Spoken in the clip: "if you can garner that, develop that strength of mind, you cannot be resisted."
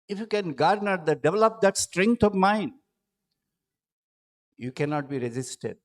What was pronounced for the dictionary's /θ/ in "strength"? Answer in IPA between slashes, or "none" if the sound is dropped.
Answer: /t/